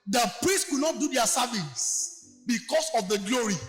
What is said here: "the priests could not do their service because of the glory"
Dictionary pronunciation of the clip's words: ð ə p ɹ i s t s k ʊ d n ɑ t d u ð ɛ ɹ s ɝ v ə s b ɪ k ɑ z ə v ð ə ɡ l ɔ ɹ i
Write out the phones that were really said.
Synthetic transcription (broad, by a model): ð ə p ɹ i s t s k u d n ɑ t d u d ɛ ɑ s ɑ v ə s b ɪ k ɑ s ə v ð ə ɡ l ɔ ɹ i